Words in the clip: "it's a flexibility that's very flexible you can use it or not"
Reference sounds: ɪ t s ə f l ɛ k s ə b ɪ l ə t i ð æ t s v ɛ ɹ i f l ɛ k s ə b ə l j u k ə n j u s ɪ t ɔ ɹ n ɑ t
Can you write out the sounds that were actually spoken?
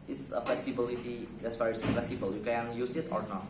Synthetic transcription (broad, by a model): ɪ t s ə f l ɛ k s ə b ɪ l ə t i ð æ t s f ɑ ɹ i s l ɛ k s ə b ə l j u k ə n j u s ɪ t ɔ ɹ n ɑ